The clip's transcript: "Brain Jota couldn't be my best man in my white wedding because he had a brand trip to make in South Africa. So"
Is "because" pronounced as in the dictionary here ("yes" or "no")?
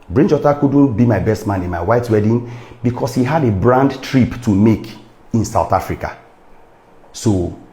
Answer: no